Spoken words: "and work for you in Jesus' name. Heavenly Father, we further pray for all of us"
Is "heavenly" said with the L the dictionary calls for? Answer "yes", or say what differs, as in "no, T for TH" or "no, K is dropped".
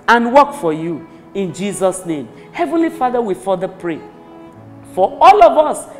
yes